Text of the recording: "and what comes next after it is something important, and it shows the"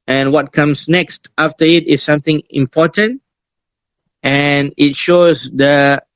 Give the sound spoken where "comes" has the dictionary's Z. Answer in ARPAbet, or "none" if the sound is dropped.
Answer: S